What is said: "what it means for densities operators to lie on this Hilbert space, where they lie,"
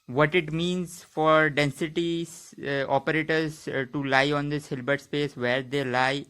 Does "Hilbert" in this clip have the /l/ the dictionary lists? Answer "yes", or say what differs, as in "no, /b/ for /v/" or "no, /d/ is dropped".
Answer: yes